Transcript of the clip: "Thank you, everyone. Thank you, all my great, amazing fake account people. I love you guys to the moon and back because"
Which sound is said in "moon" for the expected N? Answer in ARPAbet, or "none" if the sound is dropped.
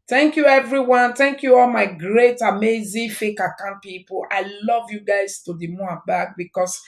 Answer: none